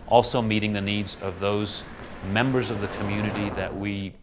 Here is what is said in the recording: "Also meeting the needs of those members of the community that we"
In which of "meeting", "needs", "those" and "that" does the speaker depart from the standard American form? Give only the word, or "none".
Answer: none